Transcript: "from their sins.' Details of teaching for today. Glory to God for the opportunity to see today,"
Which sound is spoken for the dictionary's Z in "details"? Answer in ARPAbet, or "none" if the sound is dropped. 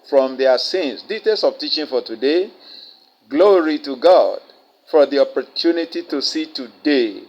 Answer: S